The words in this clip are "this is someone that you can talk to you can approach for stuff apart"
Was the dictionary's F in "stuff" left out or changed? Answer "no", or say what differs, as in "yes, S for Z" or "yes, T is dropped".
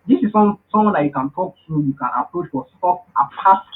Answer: yes, P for F